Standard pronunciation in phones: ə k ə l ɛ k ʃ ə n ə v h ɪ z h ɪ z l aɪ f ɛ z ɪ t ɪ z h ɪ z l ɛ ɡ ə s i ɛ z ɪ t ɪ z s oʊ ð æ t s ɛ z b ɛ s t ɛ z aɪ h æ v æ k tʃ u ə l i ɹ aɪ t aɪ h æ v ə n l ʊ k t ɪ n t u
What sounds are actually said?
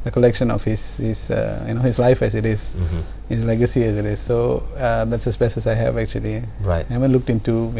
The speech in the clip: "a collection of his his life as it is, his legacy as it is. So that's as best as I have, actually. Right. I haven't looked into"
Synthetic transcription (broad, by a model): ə k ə l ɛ k ʃ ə n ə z h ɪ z h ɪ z l aɪ f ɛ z ɪ t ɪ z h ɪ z l ɛ ɡ ə s i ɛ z ɪ t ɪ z s oʊ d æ t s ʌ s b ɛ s ɛ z aɪ h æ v æ k tʃ u ə l i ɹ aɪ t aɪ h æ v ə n l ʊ k t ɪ n t u